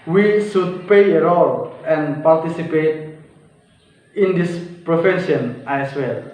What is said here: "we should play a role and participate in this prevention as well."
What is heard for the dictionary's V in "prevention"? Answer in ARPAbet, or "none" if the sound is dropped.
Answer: F